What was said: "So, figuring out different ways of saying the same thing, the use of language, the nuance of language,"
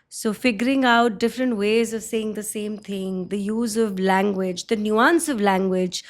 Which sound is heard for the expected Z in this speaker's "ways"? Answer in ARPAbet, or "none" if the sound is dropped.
Z